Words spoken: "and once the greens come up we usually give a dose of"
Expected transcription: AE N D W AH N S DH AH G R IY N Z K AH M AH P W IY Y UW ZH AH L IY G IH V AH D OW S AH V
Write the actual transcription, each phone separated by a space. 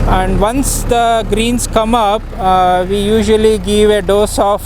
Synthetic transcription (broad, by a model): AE N D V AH N S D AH G R IY N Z K AH M AH P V IY Y UW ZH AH L IY G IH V AH D OW S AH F